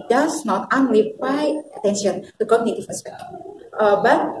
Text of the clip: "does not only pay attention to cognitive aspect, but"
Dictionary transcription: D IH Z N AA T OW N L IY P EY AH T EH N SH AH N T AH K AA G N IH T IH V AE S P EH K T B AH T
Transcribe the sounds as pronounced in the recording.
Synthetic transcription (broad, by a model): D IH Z N AA T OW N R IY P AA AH T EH N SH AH N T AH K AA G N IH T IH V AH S EH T B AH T